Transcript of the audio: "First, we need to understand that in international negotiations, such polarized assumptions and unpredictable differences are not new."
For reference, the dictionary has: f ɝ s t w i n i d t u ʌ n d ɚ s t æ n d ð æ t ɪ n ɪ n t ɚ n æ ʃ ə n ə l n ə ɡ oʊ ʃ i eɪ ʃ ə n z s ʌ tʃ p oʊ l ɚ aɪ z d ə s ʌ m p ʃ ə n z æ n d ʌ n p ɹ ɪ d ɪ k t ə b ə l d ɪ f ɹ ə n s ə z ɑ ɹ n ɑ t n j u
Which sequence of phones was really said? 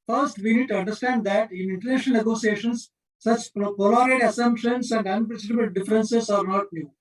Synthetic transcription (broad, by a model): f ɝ s t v i n i d t u ʌ n d ɚ s t æ n d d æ t ɪ n ɪ n t ɚ n æ ʃ ə n ə l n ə ɡ oʊ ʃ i eɪ ʃ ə n s ʌ tʃ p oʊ l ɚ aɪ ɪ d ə s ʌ m p ʃ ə n s æ n d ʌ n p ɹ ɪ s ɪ t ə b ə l d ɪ f ɹ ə n s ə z ɑ ɹ n ɑ t n j u